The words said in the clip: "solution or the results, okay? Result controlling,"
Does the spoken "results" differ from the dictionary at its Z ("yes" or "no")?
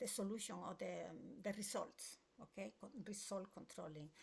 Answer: yes